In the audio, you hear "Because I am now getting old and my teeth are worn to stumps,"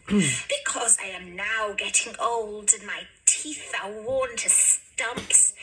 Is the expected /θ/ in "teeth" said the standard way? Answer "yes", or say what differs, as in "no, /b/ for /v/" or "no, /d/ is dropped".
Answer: yes